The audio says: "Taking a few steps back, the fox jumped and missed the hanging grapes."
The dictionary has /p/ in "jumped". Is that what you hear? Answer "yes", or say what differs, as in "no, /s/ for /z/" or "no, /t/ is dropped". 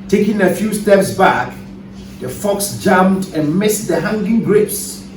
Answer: no, /p/ is dropped